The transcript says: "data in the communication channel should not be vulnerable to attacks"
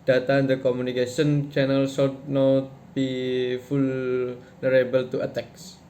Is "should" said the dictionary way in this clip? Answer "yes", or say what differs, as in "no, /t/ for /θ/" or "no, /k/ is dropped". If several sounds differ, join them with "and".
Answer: no, /s/ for /ʃ/